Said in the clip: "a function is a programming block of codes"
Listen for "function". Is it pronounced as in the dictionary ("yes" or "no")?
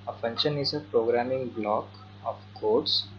no